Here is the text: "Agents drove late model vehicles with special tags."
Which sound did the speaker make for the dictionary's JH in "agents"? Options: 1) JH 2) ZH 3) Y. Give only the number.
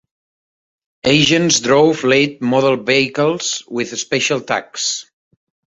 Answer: 2